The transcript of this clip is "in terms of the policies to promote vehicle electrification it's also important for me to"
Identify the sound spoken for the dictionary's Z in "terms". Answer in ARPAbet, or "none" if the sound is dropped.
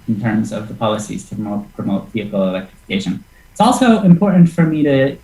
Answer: Z